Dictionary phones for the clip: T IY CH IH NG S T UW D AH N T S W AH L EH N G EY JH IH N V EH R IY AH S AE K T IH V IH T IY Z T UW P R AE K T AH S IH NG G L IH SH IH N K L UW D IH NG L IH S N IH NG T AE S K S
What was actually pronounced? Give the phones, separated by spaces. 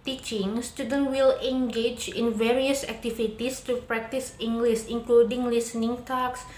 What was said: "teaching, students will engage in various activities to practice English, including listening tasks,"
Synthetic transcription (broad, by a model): T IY CH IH NG S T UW D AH N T W AH L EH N G EY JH IH N V EH R IY AH S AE K T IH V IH T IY S T UW P R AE K T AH S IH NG G L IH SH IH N K L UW D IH NG L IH S N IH NG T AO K S